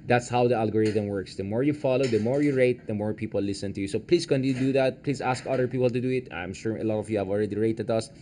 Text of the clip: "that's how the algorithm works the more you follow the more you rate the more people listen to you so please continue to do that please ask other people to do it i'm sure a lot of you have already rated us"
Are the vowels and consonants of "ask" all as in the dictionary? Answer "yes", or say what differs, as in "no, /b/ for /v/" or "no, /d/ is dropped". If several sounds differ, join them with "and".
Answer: yes